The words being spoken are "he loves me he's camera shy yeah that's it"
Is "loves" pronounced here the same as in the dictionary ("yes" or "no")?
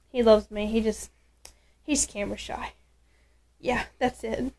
yes